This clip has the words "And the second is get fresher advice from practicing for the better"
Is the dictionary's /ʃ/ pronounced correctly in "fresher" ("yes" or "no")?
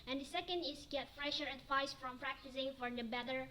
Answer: yes